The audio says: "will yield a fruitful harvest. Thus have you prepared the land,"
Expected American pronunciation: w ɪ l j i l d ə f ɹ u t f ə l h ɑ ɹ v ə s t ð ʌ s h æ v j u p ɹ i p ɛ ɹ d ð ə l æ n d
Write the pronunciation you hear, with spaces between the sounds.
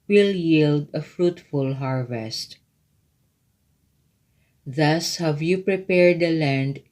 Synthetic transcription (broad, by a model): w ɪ l j i l d ə f ɹ u t f ə l h ɑ ɹ v ə s t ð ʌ s h æ v j u p ɹ i p ɛ ɹ d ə l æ n d